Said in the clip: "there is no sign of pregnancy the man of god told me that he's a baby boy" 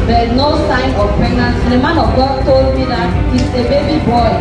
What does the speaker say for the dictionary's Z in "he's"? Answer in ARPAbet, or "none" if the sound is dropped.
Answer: S